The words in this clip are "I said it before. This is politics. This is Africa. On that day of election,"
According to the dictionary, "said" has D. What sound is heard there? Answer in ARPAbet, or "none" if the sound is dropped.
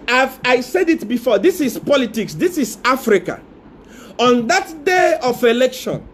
D